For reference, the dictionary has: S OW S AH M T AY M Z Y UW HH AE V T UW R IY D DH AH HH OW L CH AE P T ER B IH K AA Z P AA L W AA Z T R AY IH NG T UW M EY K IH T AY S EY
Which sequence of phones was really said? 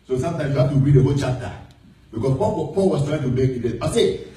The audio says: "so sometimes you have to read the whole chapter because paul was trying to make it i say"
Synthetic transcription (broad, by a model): S OW S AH M T AY M S Y UW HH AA F T UW R IY D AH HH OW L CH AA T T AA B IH K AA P P AA L W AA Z T R AY IH NG T UW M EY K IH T AY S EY